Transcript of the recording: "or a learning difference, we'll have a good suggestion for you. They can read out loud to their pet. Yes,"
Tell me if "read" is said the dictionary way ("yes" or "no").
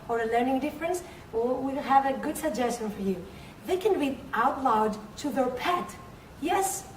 no